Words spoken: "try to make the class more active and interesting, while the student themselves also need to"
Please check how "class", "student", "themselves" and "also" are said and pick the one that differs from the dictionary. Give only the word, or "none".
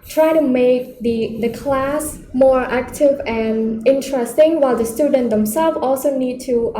themselves